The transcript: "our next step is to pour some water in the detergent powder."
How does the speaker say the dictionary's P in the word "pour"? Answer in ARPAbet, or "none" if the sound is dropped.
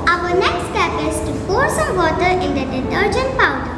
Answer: F